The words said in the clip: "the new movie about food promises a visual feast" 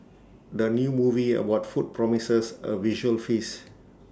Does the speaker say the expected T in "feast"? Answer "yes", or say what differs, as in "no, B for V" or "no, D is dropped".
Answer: no, T is dropped